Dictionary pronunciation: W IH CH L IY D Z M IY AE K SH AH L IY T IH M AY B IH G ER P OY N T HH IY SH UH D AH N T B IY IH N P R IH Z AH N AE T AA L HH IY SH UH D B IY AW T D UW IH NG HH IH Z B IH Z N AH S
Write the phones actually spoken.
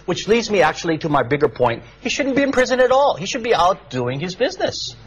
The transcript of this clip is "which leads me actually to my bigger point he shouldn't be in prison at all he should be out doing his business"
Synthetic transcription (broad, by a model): W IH CH L IY D Z M IY AE K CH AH L IY T IH M AY B IH G ER P OY N T HH IY SH UH D N B IY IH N P R IH Z AH N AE T AA L HH IY SH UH D B IY AW T D UW IH NG IH Z B IH Z N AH S